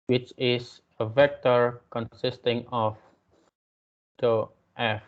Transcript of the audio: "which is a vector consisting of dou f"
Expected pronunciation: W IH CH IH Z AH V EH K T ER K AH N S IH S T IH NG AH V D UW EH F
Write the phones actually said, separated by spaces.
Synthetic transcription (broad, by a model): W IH CH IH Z AH V EH K T ER K AH N S IH S T IH NG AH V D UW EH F